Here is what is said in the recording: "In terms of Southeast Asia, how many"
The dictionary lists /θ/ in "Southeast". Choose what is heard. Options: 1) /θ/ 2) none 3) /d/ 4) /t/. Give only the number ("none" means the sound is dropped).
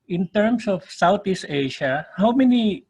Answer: 4